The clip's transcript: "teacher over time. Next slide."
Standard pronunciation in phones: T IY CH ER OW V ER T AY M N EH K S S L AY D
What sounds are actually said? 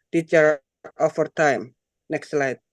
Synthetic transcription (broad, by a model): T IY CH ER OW F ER T AY M N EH K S S L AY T